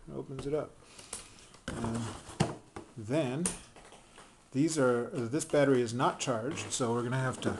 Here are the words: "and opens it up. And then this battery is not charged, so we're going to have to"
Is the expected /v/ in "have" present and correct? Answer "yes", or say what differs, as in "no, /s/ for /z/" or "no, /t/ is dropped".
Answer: no, /f/ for /v/